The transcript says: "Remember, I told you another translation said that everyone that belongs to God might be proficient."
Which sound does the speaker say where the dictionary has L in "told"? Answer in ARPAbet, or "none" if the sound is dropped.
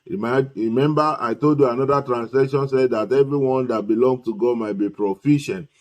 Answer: L